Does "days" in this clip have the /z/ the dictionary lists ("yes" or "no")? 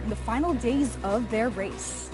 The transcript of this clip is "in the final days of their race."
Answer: yes